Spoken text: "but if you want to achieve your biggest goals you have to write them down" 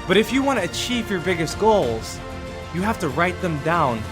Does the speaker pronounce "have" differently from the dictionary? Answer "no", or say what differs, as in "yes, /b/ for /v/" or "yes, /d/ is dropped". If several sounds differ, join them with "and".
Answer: yes, /f/ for /v/